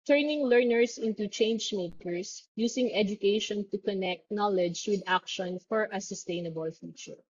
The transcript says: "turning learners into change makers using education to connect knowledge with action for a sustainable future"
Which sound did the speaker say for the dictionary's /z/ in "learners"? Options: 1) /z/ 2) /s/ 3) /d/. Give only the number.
2